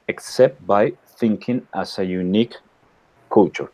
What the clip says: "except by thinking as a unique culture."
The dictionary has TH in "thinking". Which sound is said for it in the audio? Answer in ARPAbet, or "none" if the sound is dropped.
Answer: TH